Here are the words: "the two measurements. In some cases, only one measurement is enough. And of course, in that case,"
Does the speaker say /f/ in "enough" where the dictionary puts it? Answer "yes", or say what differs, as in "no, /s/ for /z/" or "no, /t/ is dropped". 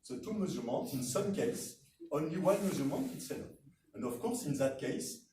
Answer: no, /f/ is dropped